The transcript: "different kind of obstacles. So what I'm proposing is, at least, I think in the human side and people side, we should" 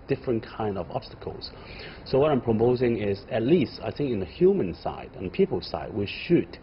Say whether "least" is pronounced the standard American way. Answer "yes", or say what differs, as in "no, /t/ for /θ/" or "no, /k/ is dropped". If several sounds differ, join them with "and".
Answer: yes